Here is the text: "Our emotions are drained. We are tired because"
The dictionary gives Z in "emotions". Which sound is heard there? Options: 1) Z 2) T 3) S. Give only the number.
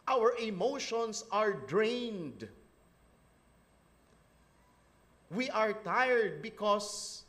3